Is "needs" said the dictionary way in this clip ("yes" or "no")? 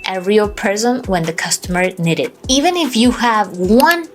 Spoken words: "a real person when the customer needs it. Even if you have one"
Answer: no